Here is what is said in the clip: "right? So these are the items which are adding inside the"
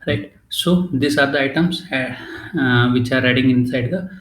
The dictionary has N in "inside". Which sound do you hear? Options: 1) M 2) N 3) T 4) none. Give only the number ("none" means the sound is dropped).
2